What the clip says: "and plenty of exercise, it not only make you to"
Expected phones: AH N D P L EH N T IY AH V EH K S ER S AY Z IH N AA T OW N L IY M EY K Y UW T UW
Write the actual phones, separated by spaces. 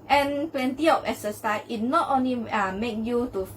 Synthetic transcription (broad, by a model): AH N P L EH N T IY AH P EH S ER S AY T N AA T OW N L IY M EY K Y UW T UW